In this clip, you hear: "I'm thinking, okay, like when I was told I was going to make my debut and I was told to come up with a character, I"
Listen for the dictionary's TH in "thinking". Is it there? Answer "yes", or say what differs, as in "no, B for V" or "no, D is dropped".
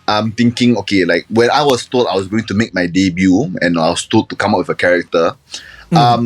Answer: no, T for TH